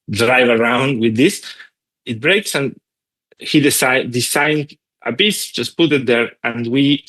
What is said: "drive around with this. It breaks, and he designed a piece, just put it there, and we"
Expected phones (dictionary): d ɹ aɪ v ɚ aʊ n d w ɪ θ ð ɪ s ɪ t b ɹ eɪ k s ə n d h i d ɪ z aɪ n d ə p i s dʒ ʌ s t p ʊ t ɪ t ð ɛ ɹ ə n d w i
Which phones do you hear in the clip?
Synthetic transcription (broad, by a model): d ɹ aɪ v ɚ aʊ n d w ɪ ð ɪ s ɪ t b ɹ eɪ k s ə n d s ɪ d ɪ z aɪ n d ə b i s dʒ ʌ s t p ʊ t ɪ t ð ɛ ɹ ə n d w i